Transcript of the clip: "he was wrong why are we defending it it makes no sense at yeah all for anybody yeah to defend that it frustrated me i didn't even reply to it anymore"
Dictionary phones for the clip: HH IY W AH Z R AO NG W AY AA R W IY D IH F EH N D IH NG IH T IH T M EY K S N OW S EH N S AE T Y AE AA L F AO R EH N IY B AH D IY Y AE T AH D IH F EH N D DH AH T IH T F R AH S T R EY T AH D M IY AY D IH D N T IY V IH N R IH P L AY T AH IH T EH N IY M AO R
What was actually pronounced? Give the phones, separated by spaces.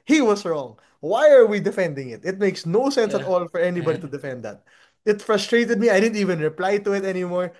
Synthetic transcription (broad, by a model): HH IY W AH S R AO NG W AY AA R W IY D IH F EH N D IH NG IH T IH T M EY K S N OW S EH N S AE T AA L F AO R EH N IY B AH D IY T AH D IH F EH N D DH AH T IH T F R AH S T R EY T AH D M IY AY D IH D N T IY V IH N R IH P L AY T AH IH T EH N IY M AO R